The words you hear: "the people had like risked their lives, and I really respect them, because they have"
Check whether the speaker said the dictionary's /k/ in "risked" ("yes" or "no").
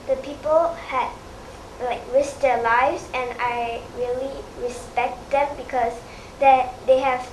no